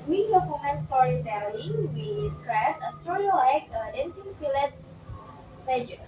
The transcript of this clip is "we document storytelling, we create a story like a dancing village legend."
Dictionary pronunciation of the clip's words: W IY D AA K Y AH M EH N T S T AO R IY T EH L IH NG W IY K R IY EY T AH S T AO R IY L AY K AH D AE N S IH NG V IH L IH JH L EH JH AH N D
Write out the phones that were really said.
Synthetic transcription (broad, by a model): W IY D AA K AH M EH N S T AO R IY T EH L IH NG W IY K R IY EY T AH S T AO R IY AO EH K AH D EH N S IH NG F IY L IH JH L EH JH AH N